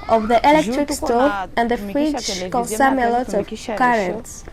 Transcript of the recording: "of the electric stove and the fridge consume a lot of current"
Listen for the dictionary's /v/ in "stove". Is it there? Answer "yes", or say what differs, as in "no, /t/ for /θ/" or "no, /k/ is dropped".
no, /v/ is dropped